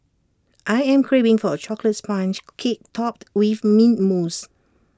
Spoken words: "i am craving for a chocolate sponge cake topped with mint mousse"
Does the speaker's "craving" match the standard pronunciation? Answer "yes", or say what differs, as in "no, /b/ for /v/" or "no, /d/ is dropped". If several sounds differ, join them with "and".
no, /b/ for /v/